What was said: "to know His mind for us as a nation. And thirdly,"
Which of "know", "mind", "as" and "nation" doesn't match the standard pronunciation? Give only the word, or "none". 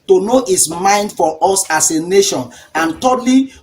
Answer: as